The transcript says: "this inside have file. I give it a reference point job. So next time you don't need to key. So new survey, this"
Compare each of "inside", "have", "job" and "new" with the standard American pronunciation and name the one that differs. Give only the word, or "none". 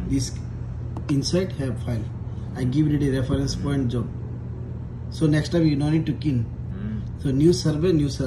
have